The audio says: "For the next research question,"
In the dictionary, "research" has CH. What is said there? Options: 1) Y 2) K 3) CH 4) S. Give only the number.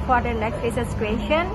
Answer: 4